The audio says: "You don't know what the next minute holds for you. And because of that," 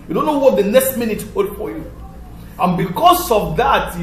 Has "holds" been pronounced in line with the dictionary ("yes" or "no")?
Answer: no